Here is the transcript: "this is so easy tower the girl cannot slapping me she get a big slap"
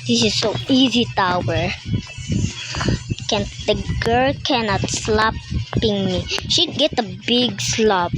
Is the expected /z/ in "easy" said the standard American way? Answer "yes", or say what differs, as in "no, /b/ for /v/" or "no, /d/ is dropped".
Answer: yes